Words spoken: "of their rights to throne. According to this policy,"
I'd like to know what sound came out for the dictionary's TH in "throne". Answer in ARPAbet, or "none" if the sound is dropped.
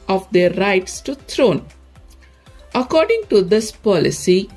T